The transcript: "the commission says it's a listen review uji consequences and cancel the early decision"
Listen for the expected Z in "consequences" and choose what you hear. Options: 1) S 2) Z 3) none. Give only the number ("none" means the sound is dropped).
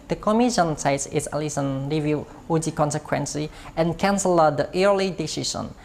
3